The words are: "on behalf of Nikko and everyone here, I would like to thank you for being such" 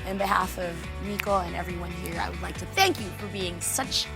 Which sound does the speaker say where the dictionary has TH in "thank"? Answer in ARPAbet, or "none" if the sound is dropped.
TH